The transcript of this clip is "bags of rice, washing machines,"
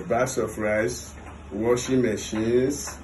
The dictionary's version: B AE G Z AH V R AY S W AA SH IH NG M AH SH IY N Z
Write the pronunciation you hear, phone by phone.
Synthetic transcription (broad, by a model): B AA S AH P R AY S W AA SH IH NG M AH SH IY N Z